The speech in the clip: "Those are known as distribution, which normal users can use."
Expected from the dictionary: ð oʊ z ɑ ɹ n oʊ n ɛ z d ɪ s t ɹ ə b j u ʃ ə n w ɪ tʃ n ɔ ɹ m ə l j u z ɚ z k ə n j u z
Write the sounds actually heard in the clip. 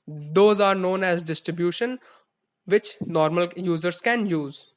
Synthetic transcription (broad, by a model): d oʊ z ɑ ɹ n oʊ n ɛ z d ɪ s t ɹ ə b j u ʃ ə n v ɪ tʃ n ɔ ɹ m ə l j u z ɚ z k ə n j u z